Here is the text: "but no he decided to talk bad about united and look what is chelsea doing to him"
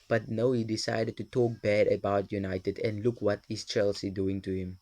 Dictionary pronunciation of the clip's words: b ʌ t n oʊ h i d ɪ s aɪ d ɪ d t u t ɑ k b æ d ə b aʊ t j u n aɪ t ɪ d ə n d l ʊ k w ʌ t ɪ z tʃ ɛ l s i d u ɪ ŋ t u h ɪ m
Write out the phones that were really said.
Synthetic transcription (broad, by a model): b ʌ t n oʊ h i d ɪ s aɪ d ɪ d t u t ɑ k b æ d ə b aʊ t j u n aɪ t ɪ d ə n d l ʊ k w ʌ t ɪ s tʃ ɛ l s i d u ɪ ŋ t u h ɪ m